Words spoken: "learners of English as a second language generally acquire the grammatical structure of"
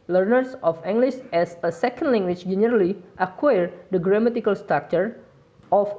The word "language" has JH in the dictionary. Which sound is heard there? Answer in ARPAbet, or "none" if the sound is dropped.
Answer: CH